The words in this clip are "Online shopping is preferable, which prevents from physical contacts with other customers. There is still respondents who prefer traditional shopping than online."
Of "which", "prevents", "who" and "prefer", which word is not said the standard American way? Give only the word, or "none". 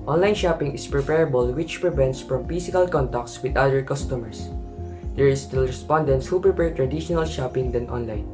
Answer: prefer